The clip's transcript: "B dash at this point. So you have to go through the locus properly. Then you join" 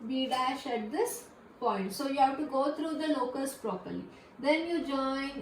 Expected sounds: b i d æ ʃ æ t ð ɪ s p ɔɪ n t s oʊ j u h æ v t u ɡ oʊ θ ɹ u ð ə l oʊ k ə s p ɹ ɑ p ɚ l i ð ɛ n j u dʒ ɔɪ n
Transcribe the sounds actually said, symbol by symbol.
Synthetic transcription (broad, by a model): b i d æ ʃ æ t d ɪ s p ɔɪ n t s oʊ j u h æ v t u ɡ oʊ t ɹ u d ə l oʊ k ə s p ɹ ɑ p ɚ l i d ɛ n j u dʒ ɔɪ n